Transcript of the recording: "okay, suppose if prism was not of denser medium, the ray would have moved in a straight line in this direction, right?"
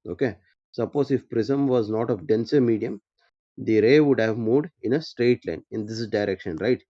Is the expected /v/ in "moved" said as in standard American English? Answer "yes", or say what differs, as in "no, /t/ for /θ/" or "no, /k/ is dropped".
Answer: no, /v/ is dropped